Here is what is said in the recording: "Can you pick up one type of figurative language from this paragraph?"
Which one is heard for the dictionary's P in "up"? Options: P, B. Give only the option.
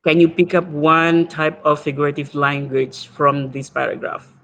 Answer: P